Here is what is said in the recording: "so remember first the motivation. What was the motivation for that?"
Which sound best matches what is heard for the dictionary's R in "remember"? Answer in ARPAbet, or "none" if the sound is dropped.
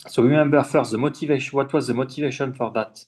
W